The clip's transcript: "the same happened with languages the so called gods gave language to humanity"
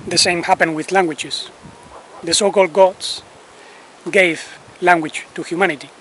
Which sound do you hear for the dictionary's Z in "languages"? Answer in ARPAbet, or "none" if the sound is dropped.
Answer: S